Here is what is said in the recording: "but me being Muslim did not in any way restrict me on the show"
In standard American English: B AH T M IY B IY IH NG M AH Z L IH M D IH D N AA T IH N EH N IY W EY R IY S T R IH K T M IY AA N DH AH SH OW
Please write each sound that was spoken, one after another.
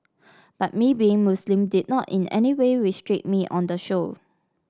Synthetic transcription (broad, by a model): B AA T M IY B IY IH NG M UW S L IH M D IH D N AA T IH N EH N IY W EY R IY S T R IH T M IY AA N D AH SH OW